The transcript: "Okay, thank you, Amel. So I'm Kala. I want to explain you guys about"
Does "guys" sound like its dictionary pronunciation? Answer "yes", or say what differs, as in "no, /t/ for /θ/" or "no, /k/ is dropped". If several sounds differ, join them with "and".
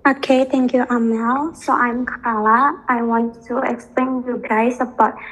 no, /s/ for /z/